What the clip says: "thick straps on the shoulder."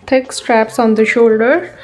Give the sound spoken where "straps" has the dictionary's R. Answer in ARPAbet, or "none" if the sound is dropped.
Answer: R